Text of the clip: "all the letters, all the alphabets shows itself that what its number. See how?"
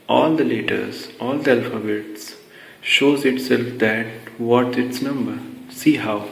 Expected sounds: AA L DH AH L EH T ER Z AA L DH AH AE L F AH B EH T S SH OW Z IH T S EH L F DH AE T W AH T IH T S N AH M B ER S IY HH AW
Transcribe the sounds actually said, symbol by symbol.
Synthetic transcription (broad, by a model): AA L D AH L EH T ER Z AA L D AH AE L F AH B EH T S SH OW Z IH T S EH L F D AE T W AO T IH T S N AH M B ER S IY HH AW